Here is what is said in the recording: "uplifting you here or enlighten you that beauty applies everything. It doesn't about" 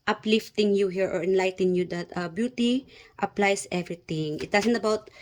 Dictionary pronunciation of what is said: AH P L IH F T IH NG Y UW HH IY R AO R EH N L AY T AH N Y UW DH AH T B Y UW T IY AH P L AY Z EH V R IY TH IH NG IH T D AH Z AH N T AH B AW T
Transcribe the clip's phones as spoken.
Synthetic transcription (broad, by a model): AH P L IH F T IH NG Y UW HH IY R AO R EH N L AY T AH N Y UW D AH T B Y UW T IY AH P L AY S EH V R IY T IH NG IH T D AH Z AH N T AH B AW T